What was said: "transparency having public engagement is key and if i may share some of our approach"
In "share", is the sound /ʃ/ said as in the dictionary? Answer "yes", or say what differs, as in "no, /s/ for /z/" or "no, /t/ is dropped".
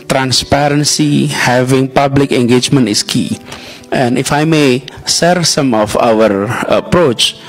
no, /s/ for /ʃ/